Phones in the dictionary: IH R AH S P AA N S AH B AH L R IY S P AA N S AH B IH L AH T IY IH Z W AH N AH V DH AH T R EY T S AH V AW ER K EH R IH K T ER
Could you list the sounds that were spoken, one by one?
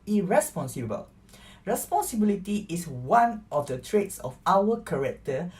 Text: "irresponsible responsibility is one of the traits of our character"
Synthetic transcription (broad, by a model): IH R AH S P AA N S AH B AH L R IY S P AA N S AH B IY L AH T IY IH S W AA N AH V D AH T R EY T S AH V AW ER K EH R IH K T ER